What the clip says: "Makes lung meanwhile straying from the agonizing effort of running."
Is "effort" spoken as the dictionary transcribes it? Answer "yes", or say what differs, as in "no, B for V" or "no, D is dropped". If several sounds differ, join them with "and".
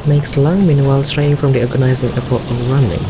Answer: no, P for F